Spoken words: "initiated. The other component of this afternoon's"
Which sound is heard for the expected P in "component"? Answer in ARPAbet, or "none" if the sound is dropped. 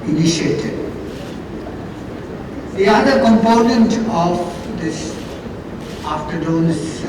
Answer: P